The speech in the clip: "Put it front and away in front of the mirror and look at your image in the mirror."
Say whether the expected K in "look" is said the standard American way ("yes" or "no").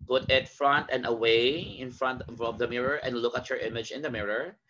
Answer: yes